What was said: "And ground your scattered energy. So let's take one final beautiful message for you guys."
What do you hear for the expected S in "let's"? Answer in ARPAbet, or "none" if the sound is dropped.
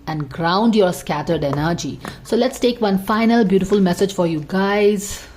S